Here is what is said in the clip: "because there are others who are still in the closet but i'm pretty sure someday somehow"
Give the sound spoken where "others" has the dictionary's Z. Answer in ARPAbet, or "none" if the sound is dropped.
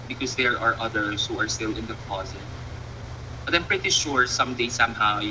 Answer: S